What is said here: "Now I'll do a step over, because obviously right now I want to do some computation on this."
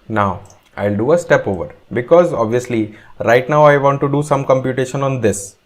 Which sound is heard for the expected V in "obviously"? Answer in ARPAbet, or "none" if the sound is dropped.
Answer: V